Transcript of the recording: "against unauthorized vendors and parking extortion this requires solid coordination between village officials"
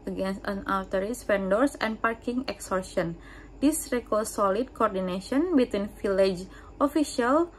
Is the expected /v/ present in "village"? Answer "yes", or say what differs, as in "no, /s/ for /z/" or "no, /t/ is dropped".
no, /f/ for /v/